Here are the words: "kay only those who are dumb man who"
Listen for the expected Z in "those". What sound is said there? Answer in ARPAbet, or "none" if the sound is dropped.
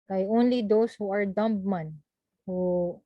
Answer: S